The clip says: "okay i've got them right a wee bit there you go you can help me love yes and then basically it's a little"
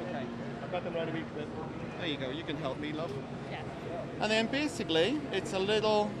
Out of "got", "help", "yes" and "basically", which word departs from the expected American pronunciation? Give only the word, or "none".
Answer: yes